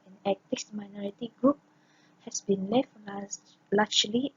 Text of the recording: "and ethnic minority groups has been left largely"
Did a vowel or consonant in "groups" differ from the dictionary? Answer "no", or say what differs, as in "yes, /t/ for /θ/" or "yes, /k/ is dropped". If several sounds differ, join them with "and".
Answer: yes, /s/ is dropped